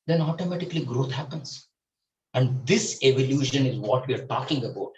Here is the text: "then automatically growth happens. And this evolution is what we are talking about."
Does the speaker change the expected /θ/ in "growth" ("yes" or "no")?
yes